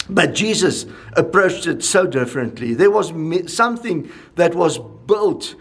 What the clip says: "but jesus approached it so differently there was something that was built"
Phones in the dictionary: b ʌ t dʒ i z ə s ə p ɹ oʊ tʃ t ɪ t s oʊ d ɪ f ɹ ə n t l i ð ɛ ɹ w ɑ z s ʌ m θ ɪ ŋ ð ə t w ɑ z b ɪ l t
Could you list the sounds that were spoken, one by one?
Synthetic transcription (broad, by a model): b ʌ t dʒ i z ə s ə p ɹ oʊ tʃ t ɪ t s oʊ d ɪ f ɹ ə n t l i ð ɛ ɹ w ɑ z s ʌ m θ ɪ ŋ ð ə t w ɑ z b ɪ l t